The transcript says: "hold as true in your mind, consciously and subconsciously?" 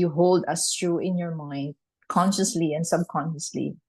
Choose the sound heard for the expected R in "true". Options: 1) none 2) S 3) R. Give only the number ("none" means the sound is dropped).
3